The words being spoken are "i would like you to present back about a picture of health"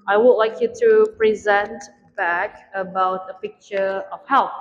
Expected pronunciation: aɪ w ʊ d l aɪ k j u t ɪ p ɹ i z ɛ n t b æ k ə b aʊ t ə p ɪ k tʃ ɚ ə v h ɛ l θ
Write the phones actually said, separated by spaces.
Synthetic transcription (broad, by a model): aɪ w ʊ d l aɪ k j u t ɪ p ɹ i z ɛ n t b æ k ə b aʊ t ə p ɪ k tʃ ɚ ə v h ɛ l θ